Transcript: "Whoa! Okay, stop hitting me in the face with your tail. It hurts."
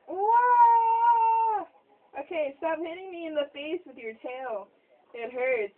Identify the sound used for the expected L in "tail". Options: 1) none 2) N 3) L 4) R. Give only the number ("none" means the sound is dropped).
2